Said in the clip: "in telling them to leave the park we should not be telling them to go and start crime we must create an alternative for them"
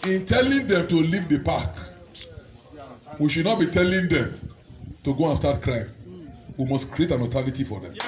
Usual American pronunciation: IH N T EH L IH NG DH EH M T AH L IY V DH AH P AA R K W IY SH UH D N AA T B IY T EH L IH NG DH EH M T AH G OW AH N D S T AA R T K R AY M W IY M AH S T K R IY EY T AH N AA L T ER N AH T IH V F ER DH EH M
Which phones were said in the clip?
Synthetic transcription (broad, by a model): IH N T EH L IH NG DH EH M T AH L IY V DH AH P AA K W IY SH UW D N AA T B IY T EH L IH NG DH EH M T AH G OW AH N S T AA T K R AY M W IY M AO S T K R IY EY T AH N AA T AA L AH T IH F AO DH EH M